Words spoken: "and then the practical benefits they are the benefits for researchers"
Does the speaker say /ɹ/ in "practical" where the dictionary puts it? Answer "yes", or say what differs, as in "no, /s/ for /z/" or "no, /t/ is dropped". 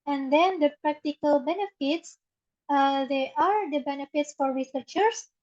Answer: yes